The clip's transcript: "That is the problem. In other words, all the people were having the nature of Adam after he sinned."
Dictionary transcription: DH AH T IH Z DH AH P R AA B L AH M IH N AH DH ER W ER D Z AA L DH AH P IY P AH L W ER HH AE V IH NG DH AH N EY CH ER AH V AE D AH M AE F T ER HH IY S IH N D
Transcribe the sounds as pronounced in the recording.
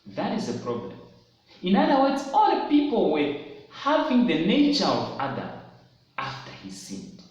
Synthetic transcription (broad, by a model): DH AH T IH Z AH P R AA B L AH M IH N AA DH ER W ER D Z AA L P IY P AH L W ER HH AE V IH NG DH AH N EY CH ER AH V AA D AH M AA F T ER HH IY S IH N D